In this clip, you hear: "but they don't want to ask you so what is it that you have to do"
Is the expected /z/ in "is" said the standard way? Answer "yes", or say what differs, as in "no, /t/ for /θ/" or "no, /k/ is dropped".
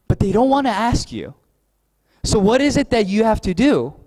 yes